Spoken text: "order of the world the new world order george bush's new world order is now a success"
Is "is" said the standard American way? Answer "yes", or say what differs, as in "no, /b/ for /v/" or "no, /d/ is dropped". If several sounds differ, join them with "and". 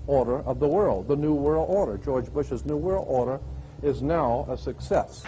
yes